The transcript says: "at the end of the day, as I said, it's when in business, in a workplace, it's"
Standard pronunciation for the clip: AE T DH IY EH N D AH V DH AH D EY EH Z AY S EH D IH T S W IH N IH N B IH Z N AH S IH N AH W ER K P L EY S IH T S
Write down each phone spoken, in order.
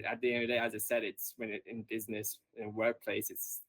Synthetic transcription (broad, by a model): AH T DH IY EH N D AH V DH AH D EY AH Z AY S EH D IH T S W IH N IH N B IH Z N AH S IH N W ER K P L EY S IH T S